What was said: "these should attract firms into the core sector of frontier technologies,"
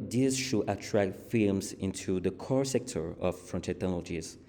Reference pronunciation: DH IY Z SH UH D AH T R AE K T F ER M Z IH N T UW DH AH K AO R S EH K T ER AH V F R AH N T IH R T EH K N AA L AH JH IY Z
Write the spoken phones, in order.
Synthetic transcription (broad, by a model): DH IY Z SH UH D AH T R AE K T F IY M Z IH N T UW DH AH K AO R S EH K T ER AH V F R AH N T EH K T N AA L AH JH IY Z